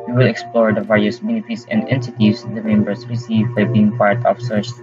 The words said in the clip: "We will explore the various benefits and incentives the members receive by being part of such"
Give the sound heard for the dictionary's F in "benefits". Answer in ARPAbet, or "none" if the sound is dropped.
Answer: P